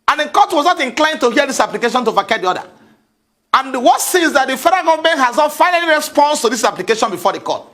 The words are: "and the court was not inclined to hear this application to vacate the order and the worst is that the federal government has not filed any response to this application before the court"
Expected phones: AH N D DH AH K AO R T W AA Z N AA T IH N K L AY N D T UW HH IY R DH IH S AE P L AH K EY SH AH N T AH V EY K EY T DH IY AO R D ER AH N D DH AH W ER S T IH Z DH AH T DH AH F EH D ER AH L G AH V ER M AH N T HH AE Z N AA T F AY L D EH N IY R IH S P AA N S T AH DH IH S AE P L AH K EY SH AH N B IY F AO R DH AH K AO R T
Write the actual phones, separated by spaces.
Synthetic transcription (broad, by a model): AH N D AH K AO T W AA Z N AA T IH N K L AY N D T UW HH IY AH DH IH S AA P L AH K EY SH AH N T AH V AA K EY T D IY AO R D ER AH N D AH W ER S IH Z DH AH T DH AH F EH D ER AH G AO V M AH N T HH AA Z N AA T F AY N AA L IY R IH S P AA N S T AH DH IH S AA P L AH K EY SH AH N B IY F AO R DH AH K AO T